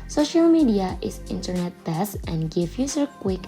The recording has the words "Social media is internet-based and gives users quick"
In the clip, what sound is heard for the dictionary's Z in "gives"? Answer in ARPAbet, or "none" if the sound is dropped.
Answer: none